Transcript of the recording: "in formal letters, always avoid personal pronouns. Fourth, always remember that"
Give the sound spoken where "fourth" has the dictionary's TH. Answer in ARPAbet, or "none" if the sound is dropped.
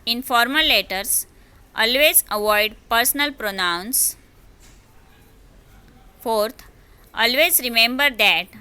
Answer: T